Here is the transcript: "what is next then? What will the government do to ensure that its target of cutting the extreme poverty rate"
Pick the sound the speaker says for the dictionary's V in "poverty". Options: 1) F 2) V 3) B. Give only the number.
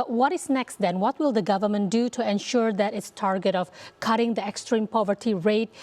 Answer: 2